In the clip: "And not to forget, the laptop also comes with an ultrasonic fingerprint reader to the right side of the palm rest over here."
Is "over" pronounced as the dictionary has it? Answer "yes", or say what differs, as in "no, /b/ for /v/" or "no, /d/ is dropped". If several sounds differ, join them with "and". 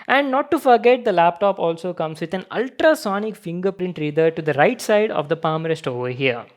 yes